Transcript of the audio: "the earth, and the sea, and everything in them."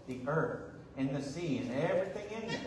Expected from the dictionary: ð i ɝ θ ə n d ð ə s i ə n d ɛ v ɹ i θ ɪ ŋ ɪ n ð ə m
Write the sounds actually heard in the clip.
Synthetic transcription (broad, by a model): ð i ɝ θ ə n ð ə s i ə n ɛ v ɹ i θ ɪ ŋ ɪ n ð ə